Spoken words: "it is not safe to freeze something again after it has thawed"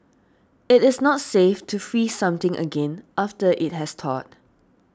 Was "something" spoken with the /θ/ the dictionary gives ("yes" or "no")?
no